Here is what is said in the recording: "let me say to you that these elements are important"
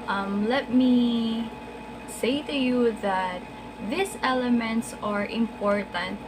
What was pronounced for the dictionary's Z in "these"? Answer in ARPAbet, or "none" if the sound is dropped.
S